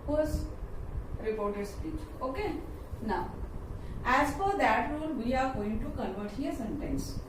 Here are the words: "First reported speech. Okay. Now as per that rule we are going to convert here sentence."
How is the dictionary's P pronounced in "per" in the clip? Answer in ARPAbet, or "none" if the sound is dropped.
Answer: F